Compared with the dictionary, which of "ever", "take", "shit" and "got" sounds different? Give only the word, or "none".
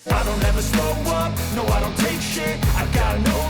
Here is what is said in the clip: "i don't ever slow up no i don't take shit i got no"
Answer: shit